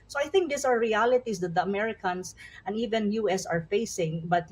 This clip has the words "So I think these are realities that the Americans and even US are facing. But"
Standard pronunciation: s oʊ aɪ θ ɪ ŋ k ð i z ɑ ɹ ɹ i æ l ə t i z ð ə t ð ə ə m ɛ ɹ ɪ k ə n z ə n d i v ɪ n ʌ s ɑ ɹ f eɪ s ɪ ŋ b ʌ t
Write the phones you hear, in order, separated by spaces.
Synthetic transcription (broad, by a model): s oʊ aɪ θ ɪ ŋ k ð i s ɑ ɹ ɹ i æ l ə t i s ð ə t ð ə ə m ɛ ɹ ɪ k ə n s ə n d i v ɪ n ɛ s ɑ ɹ f eɪ s ɪ ŋ b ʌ t